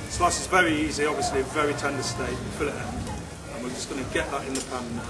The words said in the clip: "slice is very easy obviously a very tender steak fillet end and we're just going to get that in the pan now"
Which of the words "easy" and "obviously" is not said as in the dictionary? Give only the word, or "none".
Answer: none